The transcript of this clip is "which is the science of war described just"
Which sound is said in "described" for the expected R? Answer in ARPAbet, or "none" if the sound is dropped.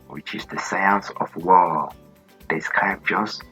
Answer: none